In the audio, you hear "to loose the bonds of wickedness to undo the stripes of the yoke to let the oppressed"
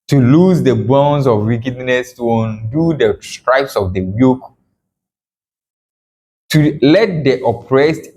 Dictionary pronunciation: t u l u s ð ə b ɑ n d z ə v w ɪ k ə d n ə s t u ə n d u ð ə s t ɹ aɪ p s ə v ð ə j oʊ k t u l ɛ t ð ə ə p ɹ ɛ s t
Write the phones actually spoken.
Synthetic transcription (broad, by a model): t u l u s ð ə b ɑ n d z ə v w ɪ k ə d n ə s t u ə n d u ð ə s t ɹ aɪ p s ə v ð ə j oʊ k t u l ɛ t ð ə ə p ɹ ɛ s t